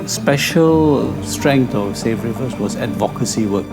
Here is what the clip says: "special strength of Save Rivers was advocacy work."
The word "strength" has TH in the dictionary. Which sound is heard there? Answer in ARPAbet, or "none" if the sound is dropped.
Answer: T